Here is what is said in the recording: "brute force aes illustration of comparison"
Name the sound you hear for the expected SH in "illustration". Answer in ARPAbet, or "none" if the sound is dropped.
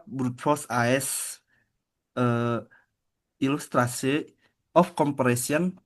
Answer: S